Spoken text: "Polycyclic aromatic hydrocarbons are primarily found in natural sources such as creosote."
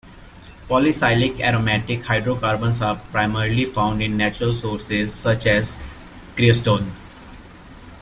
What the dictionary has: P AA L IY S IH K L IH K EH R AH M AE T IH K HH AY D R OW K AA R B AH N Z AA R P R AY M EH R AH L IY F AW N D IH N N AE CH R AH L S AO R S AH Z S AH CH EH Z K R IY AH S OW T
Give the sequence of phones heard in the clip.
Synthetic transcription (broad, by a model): P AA L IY S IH L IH K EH R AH M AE T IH K HH AY D R OW K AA R B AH N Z AA R P R AY M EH R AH L IY F AW N D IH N N AE CH R AH L S AO R S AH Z S AH CH EH Z K R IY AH S OW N